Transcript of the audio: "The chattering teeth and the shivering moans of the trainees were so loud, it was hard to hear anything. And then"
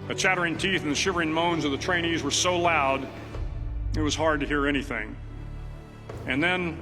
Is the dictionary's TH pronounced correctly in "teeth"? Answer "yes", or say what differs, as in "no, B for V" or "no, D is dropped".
yes